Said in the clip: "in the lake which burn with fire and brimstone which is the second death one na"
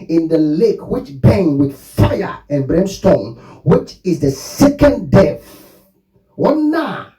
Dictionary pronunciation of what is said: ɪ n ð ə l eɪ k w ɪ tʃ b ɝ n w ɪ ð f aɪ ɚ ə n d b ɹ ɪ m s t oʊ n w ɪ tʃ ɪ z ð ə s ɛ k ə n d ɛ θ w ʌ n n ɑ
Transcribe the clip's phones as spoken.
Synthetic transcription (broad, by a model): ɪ n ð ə l eɪ k w ɪ tʃ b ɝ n w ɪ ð f aɪ ɚ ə n b ɹ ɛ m s t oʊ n w ɪ tʃ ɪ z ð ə s ɛ k ə n d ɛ f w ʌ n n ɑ